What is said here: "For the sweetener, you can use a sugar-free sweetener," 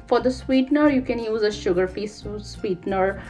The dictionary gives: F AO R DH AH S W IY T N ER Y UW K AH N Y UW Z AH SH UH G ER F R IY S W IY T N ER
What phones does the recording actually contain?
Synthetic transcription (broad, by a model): F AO R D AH S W IY T N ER Y UW K AH N Y UW Z AH SH UH G ER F IY S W IY T N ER